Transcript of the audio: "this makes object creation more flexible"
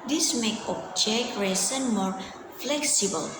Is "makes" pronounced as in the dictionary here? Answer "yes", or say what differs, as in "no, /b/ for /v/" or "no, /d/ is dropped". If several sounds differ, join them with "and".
no, /s/ is dropped